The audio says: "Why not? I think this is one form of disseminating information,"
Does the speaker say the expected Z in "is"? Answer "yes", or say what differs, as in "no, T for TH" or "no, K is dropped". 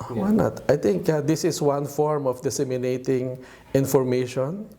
no, S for Z